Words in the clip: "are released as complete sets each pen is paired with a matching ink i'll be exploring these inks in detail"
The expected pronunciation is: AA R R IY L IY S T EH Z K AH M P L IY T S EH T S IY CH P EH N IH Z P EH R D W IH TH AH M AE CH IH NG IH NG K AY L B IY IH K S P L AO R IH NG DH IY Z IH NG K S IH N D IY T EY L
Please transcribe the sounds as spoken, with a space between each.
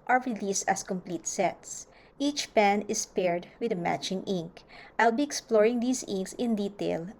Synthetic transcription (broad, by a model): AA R R IY L IY S T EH S K AH M P L IY T S EH T S IY CH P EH N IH S P EH R D W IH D AH M AE CH IH NG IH NG K AY L B IY IH K S P L AO R IH NG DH IY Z IH NG K S IH N D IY T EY L